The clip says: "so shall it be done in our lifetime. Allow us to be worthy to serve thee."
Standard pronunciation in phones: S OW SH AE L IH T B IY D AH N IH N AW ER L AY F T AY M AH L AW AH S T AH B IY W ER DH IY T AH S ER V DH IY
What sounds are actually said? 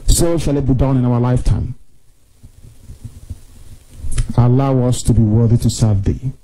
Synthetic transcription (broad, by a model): S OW SH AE L IH T B IY D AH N IH N AW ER L AY F T AY M AH L AW AH S T AH B IY W ER DH IY T AH S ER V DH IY